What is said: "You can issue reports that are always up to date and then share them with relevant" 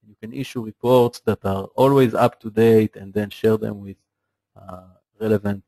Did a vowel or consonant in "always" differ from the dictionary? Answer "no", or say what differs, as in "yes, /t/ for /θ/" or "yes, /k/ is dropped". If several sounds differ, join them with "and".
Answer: no